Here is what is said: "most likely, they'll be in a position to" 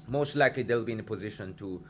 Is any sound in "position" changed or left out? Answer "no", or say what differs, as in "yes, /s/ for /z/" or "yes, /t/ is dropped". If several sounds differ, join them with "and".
no